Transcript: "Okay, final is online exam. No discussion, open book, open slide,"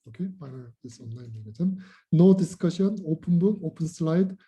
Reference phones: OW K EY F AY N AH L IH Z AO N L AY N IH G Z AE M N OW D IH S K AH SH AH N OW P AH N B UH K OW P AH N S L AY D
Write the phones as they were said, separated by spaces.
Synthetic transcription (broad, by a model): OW K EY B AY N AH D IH S AO N L AY N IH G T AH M N OW D IH S K AH SH AH N OW P AH N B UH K OW P AH N S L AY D